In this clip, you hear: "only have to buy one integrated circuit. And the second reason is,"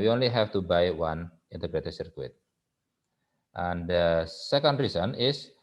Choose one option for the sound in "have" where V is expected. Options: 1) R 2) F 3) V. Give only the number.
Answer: 2